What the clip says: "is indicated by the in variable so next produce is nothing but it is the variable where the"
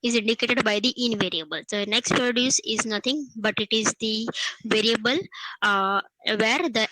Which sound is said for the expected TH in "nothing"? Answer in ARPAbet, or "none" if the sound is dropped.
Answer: T